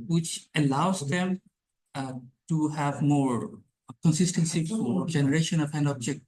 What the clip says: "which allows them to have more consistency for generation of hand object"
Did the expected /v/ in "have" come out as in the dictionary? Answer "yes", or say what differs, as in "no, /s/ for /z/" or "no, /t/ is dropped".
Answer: yes